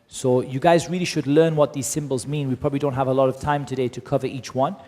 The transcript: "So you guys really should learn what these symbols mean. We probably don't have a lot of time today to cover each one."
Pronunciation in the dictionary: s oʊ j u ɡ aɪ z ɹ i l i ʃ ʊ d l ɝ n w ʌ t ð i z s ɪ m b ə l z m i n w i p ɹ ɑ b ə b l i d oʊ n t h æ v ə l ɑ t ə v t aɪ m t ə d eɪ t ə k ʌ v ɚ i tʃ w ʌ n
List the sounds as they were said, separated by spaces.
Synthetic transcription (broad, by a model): s oʊ j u ɡ aɪ z ɹ i l i ʃ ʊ d l ɝ n w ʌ t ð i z s ɪ m b ə l z m i n w i p ɹ ɑ b ə b l i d oʊ n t h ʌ v ə l ɑ t ə v t aɪ m t ə d eɪ t ə k ʌ v ɚ i tʃ w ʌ n